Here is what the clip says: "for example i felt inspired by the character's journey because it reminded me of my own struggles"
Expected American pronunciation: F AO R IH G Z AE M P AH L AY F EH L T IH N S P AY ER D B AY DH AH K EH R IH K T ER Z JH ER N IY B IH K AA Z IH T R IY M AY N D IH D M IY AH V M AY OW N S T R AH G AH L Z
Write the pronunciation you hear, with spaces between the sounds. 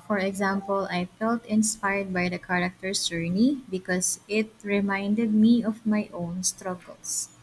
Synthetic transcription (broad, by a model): F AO R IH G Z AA M P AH L AY F EH L T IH N S P AY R D B AY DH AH K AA R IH K T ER S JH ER N IY B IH K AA S IH T R IY M AY N D IH D M IY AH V M AY OW N S T R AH G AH L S